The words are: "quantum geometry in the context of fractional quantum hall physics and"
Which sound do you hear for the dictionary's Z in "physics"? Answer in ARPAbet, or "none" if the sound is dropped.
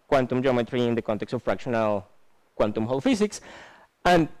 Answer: S